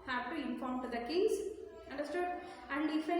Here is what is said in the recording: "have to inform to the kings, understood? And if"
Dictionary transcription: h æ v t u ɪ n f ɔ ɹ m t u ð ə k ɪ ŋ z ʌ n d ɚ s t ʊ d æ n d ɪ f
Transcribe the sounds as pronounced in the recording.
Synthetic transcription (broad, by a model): h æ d t u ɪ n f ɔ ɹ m t u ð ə k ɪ z ʌ n d ɚ s t ʊ d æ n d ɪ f